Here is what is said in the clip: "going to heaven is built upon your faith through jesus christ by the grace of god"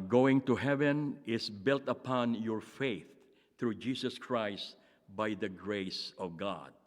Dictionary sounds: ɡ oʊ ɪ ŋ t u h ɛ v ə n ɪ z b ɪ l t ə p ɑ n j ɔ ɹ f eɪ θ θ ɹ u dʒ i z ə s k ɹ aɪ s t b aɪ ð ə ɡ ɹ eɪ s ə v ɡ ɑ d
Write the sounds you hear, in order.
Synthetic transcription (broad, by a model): ɡ oʊ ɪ ŋ t u h ɛ v ə n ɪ s b ɪ l t ə p ɑ n j ɔ ɹ f eɪ θ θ ɹ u dʒ i s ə s k ɹ aɪ s t b aɪ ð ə ɡ ɹ eɪ s ə v ɡ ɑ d